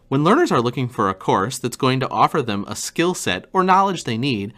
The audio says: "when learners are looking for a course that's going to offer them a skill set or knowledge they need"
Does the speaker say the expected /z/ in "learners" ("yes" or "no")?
yes